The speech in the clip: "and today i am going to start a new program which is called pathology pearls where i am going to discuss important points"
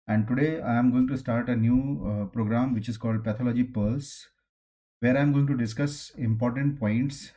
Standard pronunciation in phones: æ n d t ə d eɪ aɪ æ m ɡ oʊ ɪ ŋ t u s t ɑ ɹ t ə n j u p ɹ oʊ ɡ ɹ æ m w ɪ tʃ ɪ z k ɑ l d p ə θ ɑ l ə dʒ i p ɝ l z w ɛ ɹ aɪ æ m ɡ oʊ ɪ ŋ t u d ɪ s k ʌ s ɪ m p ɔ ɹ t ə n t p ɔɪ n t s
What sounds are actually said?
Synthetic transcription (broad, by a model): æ n d t ə d eɪ aɪ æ m ɡ oʊ ɪ ŋ t u s t ɑ ɹ t ə n j u p ɹ oʊ ɡ ɹ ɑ m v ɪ tʃ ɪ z k ɑ l d p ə t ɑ l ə dʒ i p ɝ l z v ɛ ɹ aɪ m ɡ oʊ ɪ ŋ t u d ɪ s k ʌ s ɪ m p ɔ ɹ t ə n t p ɔɪ n t s